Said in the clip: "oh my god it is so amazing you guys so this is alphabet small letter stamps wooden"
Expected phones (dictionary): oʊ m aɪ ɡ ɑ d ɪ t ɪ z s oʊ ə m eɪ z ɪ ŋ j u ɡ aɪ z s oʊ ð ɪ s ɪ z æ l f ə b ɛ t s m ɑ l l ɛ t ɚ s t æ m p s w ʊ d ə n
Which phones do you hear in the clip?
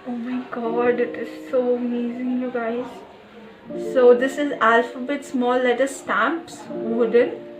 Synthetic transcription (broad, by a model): oʊ m aɪ ɡ ɑ d ɪ t ɪ z s oʊ ə m eɪ z ɪ ŋ j u ɡ aɪ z s oʊ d ɪ s ɪ z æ l f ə b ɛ t s m ɑ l l ɛ t ɚ s t æ m p s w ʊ d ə n